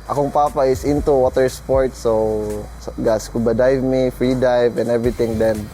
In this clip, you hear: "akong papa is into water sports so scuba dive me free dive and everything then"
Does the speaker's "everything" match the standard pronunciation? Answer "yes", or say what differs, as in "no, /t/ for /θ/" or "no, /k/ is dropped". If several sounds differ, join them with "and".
no, /t/ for /θ/